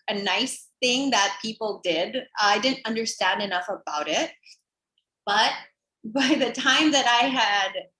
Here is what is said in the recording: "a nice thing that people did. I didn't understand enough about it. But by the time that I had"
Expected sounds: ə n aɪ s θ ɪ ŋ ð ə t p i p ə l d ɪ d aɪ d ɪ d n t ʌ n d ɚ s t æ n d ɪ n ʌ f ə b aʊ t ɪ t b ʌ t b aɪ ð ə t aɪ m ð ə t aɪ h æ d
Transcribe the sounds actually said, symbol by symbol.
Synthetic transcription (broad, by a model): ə n aɪ s θ ɪ ŋ ð ə t p i p l d ɪ d aɪ d ɪ d n t ʌ n d ɚ s t æ n d ɪ n ʌ f ə b aʊ t ɪ t b ʌ t b aɪ ð ə t aɪ m ð ə t aɪ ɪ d